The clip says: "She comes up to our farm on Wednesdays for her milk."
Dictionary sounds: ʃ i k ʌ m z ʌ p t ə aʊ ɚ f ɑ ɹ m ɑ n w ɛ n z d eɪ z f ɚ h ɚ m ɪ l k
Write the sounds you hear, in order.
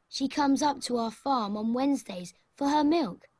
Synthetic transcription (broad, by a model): ʃ i k ʌ m z ʌ p t ə aʊ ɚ f ɑ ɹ m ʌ n w ɛ n z d eɪ z f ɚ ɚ m ɪ l k